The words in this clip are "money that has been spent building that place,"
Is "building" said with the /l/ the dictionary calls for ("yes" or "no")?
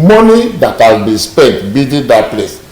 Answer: no